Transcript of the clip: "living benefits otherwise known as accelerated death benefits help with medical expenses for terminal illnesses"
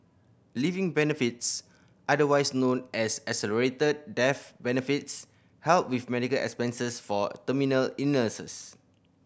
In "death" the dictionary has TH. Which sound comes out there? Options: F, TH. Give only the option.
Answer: F